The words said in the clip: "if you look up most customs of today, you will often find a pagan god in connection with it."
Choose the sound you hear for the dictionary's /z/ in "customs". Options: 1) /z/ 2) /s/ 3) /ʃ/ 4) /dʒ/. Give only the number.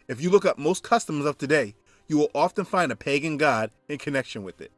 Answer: 1